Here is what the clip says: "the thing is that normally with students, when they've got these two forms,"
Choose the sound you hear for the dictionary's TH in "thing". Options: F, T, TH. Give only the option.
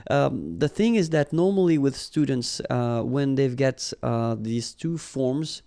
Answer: TH